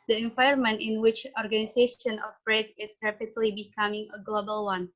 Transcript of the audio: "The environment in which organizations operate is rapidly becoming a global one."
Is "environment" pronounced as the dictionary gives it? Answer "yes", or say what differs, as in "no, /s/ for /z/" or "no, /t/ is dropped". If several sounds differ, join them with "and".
no, /ɹ/ is dropped